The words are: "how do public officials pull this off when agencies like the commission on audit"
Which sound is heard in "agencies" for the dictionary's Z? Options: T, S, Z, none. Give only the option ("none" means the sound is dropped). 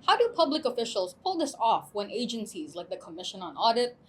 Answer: Z